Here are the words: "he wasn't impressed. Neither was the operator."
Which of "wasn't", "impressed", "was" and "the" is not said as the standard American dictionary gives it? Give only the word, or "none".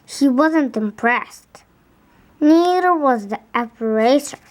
none